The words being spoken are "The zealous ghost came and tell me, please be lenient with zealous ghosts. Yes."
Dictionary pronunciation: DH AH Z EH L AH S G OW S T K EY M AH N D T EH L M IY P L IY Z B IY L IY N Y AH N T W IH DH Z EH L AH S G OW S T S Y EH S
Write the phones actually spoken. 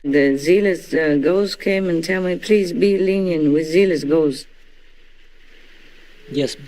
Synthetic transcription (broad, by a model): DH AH Z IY L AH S G OW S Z K EY M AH N T EH L M IY P L IY Z B IY L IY N Y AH N W IH DH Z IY L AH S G OW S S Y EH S